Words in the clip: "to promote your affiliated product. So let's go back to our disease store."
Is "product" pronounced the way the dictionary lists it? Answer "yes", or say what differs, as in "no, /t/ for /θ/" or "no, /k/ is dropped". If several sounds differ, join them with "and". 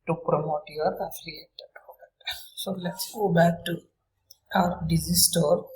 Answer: no, /k/ is dropped